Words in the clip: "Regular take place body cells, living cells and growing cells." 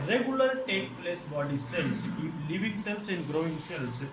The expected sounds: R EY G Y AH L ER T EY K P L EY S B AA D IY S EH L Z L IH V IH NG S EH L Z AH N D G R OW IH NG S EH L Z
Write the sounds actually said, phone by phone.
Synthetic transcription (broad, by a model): R EY G Y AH L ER T EY K P L EY S B AA D IY S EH L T L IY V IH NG S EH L S AH N D G R OW IH NG S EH L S